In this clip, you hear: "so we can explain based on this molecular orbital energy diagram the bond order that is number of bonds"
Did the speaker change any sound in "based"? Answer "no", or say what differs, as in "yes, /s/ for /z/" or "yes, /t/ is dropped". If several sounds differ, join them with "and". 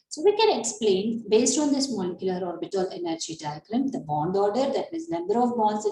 no